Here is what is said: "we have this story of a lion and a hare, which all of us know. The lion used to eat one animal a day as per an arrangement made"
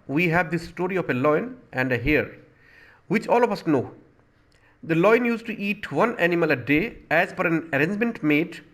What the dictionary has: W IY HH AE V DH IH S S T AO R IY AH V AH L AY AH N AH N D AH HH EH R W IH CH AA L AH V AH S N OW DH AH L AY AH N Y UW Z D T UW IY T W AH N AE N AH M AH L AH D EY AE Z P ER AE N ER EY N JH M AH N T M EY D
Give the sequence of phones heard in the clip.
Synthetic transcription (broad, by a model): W IY HH AE V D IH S S T AO R IY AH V AH L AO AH N AH N D AH HH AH R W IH CH AA L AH F AH S N OW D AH L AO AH N Y UW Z T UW IY T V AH N AE N AH M AH L AH D EY AE Z F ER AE N ER EY N JH M AH N T M EY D